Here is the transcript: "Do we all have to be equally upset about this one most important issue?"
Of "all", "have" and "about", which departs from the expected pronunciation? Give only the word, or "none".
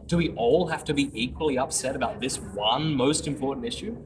have